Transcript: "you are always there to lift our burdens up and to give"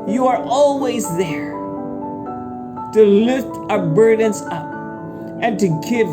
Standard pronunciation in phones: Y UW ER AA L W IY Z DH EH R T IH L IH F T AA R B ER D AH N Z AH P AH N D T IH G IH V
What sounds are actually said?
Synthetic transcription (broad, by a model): Y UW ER AA L W IY Z DH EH R T IH L IH F T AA B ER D N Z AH P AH N T IH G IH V